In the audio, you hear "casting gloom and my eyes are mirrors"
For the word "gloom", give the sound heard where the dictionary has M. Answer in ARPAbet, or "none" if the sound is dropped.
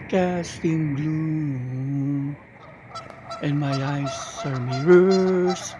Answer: none